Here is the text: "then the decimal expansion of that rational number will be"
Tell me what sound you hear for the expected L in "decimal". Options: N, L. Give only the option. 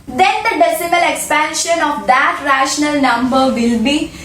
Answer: L